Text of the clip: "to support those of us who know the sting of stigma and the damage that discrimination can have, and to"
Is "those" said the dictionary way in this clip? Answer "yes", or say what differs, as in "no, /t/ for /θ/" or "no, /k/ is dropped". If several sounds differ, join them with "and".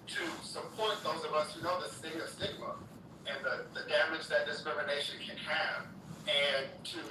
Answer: yes